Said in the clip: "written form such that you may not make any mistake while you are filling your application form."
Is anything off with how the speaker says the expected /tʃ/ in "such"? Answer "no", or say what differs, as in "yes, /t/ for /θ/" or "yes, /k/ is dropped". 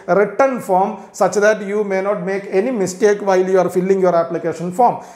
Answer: no